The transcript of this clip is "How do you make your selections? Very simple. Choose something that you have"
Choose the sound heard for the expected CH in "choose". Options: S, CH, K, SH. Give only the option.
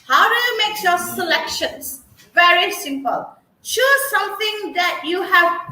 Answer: SH